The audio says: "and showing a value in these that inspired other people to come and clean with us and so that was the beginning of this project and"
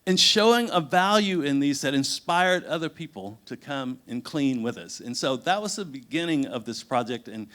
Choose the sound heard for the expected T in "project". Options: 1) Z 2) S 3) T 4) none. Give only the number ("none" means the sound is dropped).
3